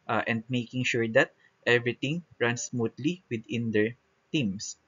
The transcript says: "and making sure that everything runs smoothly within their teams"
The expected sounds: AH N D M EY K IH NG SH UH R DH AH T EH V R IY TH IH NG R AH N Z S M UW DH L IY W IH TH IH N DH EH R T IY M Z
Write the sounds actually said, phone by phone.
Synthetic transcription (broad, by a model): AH N D M EY K IH NG SH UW R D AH T EH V R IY T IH NG R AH N S M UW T L IY W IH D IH N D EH R T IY M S